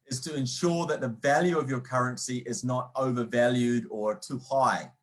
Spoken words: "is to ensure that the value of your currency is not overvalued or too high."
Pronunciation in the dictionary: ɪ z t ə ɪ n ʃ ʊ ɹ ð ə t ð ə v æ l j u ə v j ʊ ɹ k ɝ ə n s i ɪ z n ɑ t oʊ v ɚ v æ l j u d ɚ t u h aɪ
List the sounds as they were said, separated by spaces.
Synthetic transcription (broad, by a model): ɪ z t ə ɪ n ʃ ʊ ɹ ð ə t ð ə v æ l j u ə v j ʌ ɹ k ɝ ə n s i ɪ z n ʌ t oʊ v ɚ v æ l j u d ɚ t u h aɪ